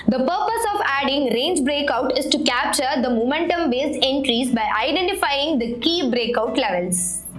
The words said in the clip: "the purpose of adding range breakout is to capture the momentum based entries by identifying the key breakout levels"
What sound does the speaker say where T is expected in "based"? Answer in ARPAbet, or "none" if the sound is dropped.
none